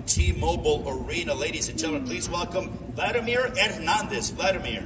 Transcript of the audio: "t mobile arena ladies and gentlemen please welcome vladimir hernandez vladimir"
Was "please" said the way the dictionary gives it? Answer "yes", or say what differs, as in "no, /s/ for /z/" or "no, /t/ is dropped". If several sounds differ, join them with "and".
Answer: yes